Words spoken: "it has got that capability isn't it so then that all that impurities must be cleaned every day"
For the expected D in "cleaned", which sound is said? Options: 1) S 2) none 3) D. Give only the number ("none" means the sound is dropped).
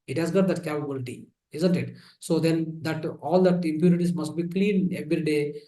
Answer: 2